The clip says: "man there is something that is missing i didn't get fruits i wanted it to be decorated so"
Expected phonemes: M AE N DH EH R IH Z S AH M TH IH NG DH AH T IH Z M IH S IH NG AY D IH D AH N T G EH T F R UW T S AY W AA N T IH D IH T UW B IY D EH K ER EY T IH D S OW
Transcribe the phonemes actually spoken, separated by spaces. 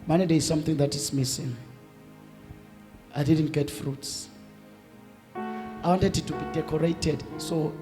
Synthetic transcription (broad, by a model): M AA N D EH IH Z S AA M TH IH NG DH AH T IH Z M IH S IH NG AY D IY D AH N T G EH T F R UW T S AY W AA N T IH D IH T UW B IY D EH K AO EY T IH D S OW